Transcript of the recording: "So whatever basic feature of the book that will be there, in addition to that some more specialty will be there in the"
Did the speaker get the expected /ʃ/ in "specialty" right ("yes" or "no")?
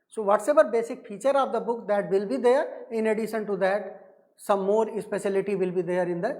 no